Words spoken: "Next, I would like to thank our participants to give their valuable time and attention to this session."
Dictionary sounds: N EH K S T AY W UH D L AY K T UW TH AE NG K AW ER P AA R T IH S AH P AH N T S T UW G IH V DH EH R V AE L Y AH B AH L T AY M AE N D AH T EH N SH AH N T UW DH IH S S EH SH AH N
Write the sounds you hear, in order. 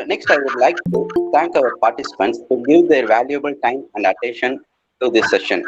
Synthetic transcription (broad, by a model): N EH K S T AY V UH D L AY K T UW T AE NG K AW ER P AA R T IH S AH P AH N T S T UW G IH V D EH R V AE L Y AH B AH L T AY M AE N D AH T EH N SH AH N T UW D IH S S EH SH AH N